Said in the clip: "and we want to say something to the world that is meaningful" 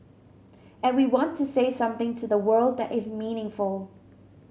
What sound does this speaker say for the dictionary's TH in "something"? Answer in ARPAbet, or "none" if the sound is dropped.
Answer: TH